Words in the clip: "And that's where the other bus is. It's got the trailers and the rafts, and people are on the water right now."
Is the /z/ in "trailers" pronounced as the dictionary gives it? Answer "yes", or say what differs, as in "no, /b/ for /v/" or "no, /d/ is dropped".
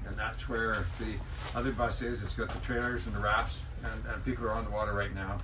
yes